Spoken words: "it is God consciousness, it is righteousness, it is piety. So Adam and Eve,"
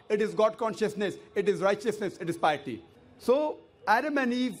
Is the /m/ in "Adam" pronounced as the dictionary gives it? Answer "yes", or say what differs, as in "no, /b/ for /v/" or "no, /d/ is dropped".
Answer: yes